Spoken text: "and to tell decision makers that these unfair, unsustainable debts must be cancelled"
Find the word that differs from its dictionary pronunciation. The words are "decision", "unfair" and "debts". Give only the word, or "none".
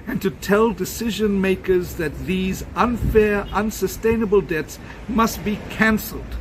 none